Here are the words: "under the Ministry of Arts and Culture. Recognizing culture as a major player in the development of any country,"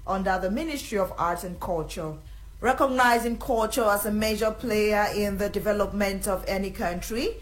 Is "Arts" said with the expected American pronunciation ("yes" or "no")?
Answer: no